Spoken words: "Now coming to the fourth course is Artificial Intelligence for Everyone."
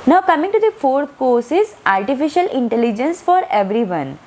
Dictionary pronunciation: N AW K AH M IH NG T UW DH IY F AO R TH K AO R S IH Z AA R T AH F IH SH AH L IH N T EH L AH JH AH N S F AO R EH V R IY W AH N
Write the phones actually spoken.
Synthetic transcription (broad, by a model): N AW K AH M IH NG T UW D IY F AO R T K AO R S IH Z AA R T AH F IH SH AH L IH N T EH L AH JH AH N S F AO R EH V R IY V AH N